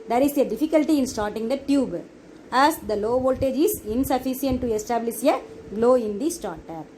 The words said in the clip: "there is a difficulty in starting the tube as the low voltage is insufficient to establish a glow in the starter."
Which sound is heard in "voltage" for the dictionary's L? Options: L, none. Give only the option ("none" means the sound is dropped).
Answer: L